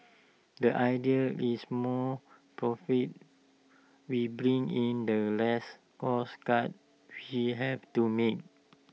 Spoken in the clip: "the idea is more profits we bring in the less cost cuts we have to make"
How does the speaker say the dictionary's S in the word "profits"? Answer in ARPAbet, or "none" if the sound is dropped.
none